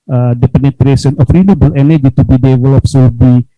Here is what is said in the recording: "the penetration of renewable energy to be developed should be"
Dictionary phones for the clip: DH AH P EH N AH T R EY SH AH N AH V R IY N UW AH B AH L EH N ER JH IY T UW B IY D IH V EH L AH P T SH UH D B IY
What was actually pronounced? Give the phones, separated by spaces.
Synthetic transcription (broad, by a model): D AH P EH N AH T R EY S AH N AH F R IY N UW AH B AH L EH N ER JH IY T UW B IY D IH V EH L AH P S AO B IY